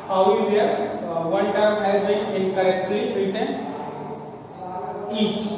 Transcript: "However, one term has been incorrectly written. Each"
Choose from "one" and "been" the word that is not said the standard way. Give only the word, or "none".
one